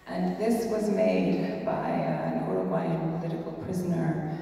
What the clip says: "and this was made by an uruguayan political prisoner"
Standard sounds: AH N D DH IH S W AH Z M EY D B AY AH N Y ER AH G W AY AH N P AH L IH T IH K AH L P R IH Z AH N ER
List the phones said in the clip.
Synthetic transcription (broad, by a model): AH N DH IH S W AH Z M EY D B AY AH N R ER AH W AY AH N P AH L IH T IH K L P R IH Z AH N ER